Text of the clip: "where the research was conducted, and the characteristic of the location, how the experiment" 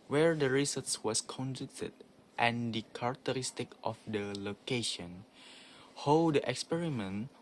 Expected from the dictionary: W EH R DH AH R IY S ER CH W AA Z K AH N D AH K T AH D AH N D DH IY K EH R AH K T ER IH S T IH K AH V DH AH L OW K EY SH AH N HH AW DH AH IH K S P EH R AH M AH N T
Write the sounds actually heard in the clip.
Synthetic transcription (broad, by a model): W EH R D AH R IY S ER S W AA S K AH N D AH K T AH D AH N D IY K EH R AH K T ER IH S T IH K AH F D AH L OW K EY SH AH N HH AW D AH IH K S P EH R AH M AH N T